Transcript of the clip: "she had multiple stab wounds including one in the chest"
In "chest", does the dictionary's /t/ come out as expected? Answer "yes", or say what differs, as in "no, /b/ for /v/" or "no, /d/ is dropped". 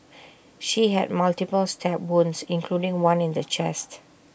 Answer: yes